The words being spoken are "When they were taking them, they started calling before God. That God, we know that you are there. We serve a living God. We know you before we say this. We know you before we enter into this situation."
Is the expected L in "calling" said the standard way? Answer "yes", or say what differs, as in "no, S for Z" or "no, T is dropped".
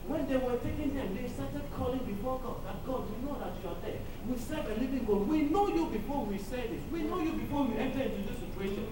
yes